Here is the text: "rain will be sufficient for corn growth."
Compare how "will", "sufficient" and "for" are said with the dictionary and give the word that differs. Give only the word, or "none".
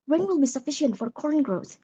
none